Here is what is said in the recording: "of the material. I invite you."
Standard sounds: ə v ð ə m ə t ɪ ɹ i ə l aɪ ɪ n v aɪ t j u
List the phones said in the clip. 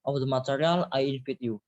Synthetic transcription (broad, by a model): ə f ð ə m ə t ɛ ɹ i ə l aɪ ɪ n f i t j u